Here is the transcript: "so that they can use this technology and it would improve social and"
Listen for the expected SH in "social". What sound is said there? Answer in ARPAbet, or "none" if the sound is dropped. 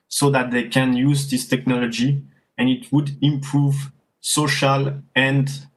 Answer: SH